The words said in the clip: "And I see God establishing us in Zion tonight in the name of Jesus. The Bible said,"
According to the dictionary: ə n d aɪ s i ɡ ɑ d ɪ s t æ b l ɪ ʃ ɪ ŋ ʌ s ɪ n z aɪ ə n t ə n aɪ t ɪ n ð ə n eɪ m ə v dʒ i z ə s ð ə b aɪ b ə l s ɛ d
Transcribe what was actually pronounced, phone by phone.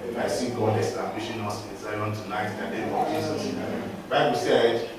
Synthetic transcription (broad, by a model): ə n aɪ s i ɡ ɑ d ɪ s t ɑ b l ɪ ʃ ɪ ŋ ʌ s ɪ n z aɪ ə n t ə n aɪ t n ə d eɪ ə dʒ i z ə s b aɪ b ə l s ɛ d